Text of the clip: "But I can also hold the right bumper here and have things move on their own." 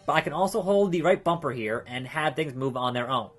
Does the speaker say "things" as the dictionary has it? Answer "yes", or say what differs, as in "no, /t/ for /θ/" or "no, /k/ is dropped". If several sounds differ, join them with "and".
yes